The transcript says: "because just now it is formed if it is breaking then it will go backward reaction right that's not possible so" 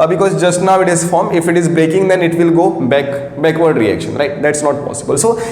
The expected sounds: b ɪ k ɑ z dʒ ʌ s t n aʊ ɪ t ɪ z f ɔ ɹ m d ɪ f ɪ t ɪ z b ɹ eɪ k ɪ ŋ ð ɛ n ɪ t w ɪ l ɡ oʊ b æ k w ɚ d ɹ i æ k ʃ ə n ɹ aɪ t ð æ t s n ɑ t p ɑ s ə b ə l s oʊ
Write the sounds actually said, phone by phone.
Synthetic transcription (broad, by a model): b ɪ k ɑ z dʒ ʌ s t n aʊ ɪ t ɪ z f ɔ ɹ m ɪ f ɪ t ɪ z b ɹ eɪ k ɪ ŋ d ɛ n ɪ t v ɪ l ɡ oʊ b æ k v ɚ d ɹ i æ k ʃ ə n ɹ aɪ t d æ t s n ɑ t p ɑ s ə b ə l s oʊ